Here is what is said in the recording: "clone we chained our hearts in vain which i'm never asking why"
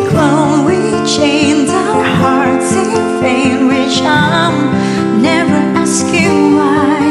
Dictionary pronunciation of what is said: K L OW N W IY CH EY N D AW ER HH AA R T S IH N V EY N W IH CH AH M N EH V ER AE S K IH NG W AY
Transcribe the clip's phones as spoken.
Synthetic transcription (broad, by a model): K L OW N W IY CH EY N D AW ER HH AA R T S IH N F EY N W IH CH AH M N EH V ER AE S K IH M AY